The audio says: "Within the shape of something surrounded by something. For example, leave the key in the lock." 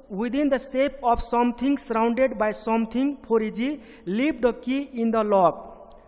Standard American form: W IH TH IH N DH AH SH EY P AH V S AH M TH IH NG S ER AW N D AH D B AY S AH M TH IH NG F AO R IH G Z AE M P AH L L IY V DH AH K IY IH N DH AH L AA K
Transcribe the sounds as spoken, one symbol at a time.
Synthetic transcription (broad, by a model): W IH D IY N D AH S EY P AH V S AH M T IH NG S ER AW N D AH D B AY S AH M T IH NG P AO R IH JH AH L L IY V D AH K IY IH N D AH L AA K